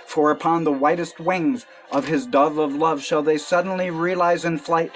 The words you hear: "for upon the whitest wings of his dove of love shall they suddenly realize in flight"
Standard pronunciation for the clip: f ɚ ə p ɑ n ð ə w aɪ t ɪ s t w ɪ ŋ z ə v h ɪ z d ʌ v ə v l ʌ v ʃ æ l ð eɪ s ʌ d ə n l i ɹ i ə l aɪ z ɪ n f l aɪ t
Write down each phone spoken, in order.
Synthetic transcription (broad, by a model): f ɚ ə p ɑ n ð ə w aɪ t ɪ s t w ɪ ŋ z ə v ɪ z d ʌ v ə v l ʌ v ʃ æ l ð eɪ s ʌ d n l i ɹ i ə l aɪ z ɪ n f l aɪ t